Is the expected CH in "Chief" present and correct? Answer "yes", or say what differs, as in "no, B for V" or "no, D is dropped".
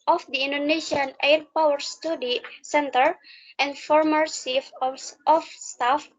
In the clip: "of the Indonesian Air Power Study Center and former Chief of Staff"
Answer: no, S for CH